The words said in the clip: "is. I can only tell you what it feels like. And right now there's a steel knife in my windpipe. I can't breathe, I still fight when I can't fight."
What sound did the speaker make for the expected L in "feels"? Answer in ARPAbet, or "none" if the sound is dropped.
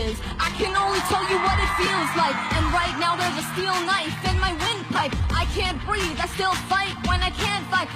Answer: L